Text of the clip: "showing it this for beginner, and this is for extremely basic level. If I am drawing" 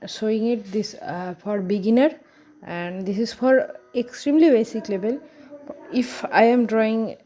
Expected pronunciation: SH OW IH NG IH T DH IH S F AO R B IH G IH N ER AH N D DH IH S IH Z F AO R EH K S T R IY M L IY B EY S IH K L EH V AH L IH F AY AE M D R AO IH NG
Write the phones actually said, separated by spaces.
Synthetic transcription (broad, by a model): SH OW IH NG IH T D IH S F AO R B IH G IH N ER AH N D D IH S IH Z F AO R EH K S T R IY M L IY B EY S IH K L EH B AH L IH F AY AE M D R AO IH NG